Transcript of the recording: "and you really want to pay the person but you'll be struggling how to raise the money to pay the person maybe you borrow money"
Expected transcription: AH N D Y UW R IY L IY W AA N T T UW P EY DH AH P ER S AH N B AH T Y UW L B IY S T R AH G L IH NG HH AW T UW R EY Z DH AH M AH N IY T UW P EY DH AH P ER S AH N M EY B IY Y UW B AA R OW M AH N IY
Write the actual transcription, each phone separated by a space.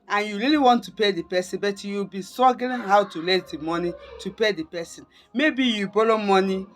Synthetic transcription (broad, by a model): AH N Y UW R IY L IY W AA N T T UW P EY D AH P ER S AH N B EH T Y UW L B IY S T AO G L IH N HH AW T UW L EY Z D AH M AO N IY T UW P EY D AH P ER S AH N M EY B IY Y UW B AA L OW M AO N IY